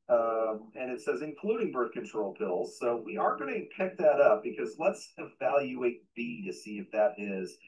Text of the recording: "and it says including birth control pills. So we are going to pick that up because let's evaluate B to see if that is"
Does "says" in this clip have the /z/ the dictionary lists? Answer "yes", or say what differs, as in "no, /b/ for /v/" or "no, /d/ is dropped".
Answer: yes